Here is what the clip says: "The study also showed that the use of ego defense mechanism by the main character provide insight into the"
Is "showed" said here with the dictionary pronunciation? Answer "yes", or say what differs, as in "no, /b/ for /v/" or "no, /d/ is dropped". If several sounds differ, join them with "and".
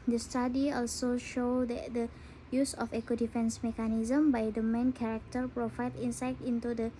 yes